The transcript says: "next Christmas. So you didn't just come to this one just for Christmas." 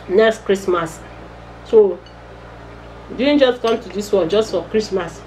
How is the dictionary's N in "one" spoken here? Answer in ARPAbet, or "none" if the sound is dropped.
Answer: L